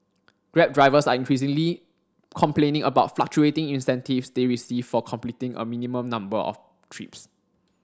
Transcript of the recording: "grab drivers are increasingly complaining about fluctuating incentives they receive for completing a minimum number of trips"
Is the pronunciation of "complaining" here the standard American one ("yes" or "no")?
yes